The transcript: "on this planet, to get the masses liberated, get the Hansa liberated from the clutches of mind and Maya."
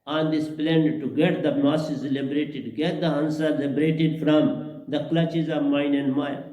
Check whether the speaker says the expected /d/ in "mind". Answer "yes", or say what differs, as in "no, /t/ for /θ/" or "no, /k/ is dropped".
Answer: no, /d/ is dropped